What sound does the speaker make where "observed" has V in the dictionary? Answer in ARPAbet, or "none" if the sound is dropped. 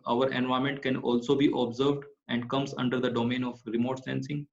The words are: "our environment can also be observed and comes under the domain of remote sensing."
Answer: V